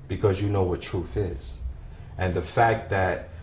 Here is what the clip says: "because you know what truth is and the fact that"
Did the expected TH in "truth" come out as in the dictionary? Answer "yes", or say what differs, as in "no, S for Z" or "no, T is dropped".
yes